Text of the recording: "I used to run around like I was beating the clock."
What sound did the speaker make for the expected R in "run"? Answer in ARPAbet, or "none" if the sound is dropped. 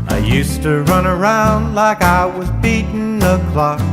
R